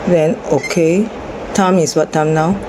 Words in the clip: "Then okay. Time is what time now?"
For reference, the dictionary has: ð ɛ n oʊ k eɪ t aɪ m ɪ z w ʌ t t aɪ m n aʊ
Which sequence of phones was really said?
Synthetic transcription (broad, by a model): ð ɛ n oʊ k eɪ t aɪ m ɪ s w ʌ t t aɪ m n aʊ